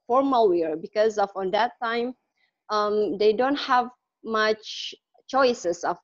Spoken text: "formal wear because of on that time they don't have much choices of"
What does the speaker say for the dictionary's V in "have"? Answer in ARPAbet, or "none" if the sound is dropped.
V